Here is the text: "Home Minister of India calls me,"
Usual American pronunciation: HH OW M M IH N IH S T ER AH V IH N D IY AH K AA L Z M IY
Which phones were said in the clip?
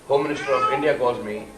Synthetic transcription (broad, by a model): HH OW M M IH N IH S T ER AH V IH N D IY AH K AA Z M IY